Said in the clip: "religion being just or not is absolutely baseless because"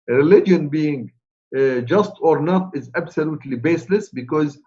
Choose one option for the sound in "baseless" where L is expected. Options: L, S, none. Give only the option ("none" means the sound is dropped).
L